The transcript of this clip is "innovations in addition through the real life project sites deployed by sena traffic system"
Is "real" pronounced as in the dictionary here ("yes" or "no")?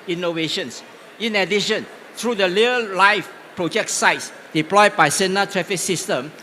no